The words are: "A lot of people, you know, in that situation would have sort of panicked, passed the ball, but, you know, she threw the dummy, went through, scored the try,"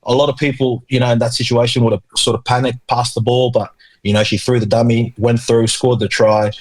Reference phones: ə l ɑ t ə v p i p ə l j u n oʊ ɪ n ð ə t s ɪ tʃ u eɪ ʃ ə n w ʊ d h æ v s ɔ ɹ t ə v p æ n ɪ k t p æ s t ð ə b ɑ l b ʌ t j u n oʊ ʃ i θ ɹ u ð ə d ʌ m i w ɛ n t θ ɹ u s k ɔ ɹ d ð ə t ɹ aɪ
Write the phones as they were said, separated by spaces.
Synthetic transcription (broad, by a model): ə l ɑ t ə v p i p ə l j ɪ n oʊ ɪ n ð ə t s ɪ tʃ u eɪ ʃ ə n w ʊ d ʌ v s ɔ ɹ t ə v p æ n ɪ k p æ s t ð ə b ɑ l b ʌ t j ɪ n oʊ ʃ i θ ɹ u ð ə d ʌ m i w ɛ n θ ɹ u s k ɔ ɹ d ð ə t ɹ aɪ